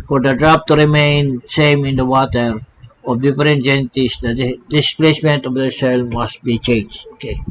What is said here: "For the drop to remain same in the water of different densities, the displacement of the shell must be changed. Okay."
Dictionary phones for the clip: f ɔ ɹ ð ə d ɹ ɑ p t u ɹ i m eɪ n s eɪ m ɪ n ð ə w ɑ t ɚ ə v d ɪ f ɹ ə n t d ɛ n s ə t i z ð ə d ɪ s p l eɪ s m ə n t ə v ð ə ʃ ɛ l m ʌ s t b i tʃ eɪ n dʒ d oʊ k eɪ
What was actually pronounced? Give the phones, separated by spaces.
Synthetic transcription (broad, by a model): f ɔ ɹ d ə d ɹ ɑ p t u ɹ i m eɪ n s eɪ m ɪ n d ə w ɑ t ɚ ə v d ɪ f ɹ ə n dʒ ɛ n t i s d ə d ɪ s p l eɪ s m ə n t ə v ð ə s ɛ l m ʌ s t b i tʃ eɪ n dʒ d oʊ k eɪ